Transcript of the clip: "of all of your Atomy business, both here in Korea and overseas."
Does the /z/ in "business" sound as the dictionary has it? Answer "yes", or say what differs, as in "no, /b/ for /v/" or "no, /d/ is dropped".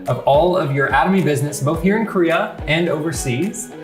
yes